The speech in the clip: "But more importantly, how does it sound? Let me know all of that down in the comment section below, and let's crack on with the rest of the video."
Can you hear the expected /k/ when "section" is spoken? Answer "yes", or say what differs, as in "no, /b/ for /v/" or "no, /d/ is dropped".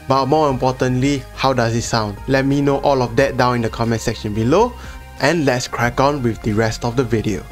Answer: yes